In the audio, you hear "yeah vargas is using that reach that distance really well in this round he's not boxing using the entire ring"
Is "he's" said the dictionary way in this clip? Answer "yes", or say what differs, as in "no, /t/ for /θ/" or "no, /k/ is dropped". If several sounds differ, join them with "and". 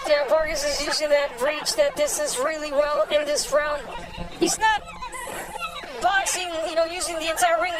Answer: yes